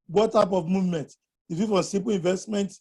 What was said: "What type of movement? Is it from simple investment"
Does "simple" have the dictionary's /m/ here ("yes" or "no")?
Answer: no